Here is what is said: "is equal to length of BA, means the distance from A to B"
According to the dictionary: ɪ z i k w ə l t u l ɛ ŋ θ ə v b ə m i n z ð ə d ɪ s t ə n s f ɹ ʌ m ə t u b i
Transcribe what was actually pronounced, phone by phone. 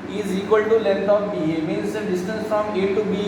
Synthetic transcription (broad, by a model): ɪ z i k w ə l t u l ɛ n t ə p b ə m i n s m d ɪ s t ə n s f ɹ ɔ m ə t u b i